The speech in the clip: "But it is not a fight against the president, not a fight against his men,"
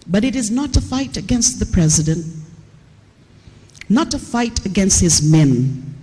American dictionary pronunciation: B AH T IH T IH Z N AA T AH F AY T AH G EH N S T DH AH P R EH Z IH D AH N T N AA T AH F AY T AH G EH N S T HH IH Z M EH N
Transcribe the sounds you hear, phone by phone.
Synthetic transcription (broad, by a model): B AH T IH T IH Z N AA T AH F AY T AH G EH N S T DH AH P R EH Z IH D AH N T N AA T AH F AY T AH G EH N S T HH IH Z M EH N